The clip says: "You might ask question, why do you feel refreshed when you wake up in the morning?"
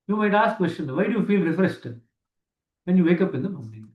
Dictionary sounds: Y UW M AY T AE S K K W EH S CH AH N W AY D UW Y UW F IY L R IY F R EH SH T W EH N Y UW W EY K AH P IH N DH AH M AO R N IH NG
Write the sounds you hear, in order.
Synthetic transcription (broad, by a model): Y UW M AY T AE S K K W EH S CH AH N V AY D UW Y UW F IY L R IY F R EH S T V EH N Y UW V EY K AH P IH N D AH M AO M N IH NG